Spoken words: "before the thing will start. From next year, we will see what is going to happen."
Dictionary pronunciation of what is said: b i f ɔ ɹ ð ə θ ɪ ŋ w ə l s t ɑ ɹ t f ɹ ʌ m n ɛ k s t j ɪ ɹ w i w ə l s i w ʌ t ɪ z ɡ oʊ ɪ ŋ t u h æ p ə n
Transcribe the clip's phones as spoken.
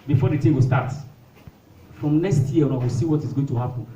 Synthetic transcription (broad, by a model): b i f ɔ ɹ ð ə t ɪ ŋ w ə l s t ɑ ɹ t f ɹ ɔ m n ɛ k s t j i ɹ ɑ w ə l s i w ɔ t ɪ z ɡ oʊ ɪ ŋ t u h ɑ p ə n